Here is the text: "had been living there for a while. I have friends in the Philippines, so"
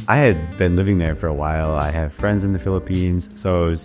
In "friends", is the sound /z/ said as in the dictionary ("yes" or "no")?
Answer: yes